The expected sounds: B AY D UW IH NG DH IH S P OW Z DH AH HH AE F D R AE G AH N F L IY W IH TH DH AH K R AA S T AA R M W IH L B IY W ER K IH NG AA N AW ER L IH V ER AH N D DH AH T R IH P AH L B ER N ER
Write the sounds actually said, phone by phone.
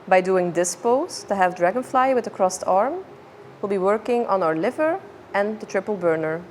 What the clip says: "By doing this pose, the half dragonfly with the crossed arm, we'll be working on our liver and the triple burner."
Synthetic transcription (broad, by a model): B AY D UW IH NG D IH S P OW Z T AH HH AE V D R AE G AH N F L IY W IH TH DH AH K R AA S T AA R M W IH L B IY W ER K IH NG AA N AW ER L IH V ER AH N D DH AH T R IH P AH L B ER N ER